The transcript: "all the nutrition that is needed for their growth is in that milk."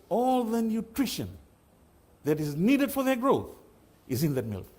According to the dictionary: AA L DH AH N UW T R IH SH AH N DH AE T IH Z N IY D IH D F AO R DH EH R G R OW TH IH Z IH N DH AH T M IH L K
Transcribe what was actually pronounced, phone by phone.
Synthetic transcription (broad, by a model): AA L DH AH N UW T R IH SH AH N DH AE T IH Z N IY D IH D F AO R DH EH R G R OW TH IH Z IH N DH AH T M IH L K